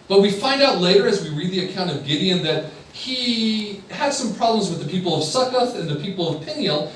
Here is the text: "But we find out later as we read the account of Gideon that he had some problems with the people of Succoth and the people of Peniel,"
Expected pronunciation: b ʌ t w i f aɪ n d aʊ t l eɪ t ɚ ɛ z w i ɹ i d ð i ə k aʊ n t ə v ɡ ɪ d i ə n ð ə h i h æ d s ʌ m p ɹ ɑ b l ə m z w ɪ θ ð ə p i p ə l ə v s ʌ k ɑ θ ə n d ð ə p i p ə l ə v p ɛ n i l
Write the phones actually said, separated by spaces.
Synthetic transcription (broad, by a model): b ʌ t w i f aɪ n d aʊ t l eɪ t ɚ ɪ z w i ɹ i d ð i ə k aʊ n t ə v ɡ ɪ d i ə n ð ə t i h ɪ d s ʌ m p ɹ ɑ b l ə m z w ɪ ð ə p i p l ə v s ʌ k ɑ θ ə n ð ə p i p l ə v p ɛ n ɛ l